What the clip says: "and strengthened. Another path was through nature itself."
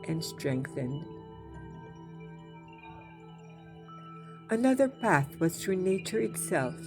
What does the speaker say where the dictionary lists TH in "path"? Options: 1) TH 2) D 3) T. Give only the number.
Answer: 1